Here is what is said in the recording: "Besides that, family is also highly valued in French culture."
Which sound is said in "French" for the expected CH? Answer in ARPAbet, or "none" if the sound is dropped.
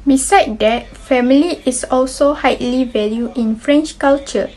CH